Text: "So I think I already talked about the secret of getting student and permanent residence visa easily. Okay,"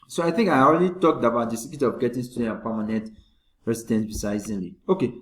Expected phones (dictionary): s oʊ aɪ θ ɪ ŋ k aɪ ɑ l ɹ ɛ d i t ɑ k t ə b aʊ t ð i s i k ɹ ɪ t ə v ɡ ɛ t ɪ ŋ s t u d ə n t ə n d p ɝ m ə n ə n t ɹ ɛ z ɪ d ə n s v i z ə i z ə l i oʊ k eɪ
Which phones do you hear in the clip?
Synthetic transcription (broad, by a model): s oʊ aɪ θ ɪ ŋ k aɪ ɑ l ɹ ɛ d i t ɑ k t ə b aʊ t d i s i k ɪ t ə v ɡ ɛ t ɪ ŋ s t u d ə n t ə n p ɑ m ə n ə n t ɹ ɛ s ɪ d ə n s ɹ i s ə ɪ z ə l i oʊ k eɪ